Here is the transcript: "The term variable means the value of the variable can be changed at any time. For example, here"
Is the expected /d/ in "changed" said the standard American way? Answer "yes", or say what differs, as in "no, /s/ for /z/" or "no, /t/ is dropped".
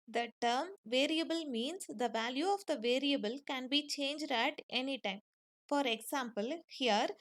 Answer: yes